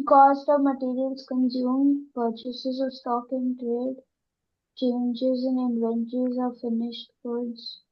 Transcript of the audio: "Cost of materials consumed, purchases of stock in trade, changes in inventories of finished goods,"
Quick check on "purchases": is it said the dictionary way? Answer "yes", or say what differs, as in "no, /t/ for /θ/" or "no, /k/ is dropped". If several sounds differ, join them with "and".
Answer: yes